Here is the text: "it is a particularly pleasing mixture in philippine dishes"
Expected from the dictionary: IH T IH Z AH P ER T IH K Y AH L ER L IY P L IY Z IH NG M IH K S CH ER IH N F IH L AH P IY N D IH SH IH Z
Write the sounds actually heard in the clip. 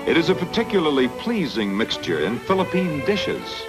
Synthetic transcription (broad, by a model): IH T IH Z AH P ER T IH K Y L ER L IY P L IY Z IH NG M IH K S CH ER IH N F IH L AH P IY N D IH SH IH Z